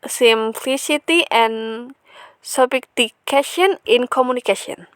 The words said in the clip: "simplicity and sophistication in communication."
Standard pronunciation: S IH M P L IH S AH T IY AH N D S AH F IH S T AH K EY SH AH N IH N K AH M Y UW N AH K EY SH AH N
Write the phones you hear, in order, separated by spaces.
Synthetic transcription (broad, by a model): S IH M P L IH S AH T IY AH N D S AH P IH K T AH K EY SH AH N IH N K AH M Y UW N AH K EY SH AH N